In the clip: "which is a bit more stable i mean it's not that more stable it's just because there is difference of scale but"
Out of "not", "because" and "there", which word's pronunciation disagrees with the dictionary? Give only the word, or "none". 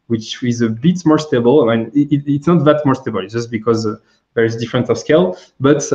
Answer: none